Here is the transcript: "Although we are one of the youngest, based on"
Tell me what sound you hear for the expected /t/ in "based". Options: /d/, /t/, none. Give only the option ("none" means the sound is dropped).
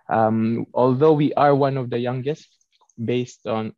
/t/